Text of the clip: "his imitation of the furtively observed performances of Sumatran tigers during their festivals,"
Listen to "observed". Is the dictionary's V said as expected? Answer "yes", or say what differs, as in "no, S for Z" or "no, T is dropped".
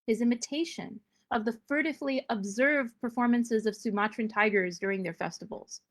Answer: yes